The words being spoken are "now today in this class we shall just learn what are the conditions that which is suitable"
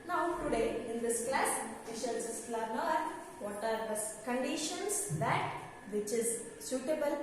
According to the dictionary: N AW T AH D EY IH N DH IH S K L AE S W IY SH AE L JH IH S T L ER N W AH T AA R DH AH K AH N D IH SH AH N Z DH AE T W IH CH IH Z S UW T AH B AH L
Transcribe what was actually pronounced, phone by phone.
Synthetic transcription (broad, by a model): N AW T AH D EY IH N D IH S K L AE S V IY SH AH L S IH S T L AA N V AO T AA R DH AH K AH N D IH SH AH N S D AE T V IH CH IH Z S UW T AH B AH L